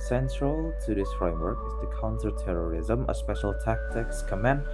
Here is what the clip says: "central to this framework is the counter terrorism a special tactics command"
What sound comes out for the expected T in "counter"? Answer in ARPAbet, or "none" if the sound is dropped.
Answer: S